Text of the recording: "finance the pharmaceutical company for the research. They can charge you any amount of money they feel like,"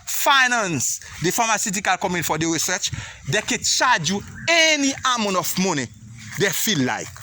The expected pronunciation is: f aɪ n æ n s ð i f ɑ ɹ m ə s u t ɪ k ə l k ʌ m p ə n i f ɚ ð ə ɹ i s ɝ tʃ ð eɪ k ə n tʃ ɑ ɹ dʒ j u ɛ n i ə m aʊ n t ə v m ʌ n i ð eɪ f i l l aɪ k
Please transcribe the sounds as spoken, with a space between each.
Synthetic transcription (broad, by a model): f aɪ n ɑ n s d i f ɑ m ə s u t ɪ k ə l k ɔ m ə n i f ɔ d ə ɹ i s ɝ tʃ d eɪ k ə n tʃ ɑ dʒ j u ɛ n i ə m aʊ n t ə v m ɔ n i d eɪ f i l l aɪ